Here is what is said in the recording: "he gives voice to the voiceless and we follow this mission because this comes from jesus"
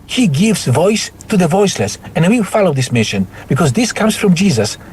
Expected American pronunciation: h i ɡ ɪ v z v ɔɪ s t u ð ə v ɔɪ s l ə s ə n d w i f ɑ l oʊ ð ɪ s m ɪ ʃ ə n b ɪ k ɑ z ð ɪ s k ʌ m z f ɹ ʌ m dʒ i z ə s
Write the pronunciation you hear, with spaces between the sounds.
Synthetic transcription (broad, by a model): h i ɡ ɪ v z v ɔɪ s t u ð ə v ɔɪ s l ə s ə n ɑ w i f ɑ l oʊ ð ɪ s m ɪ ʃ ə n b ɪ k ɑ z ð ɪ s k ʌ m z f ɹ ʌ m dʒ i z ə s